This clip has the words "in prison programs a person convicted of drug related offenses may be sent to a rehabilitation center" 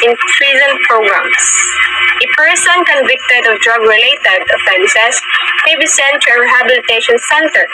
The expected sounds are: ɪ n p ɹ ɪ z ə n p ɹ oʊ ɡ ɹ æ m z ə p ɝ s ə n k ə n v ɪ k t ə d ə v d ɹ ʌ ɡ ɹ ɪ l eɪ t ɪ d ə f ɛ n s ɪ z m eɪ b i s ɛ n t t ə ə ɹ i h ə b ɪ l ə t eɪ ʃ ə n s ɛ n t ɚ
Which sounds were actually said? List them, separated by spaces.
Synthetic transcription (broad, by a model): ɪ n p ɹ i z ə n p ɹ oʊ ɡ ɹ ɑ m s ə p ɝ s ə n k ə n v ɪ k t ə d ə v d ɹ ʌ ɡ ɹ ɪ l eɪ t ɪ d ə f ɛ n s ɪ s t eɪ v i s ɛ n t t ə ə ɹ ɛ h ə b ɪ l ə t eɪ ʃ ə n s ɛ n t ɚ